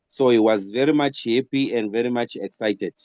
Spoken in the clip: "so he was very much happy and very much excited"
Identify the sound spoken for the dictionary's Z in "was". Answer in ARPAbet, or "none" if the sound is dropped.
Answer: Z